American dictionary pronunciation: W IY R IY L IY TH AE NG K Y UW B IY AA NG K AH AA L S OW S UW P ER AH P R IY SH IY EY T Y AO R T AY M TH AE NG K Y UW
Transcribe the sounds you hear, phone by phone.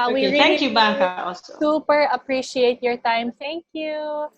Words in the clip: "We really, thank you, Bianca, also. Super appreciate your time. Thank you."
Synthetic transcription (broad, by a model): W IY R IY IY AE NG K Y UW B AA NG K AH AA L S OW S UW P ER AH P R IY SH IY EY T Y AO R T AY M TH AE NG K Y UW